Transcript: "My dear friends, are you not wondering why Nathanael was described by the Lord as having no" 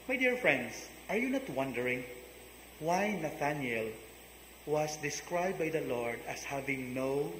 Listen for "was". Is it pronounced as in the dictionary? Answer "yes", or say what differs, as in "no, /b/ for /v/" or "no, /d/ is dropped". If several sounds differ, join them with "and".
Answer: no, /s/ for /z/